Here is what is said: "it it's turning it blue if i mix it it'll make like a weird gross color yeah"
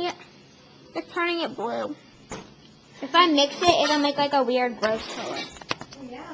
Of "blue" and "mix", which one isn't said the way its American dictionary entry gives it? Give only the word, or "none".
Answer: none